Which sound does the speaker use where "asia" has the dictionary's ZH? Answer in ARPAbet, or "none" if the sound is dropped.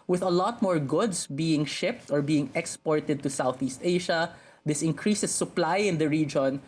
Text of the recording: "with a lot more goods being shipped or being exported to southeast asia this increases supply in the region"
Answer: SH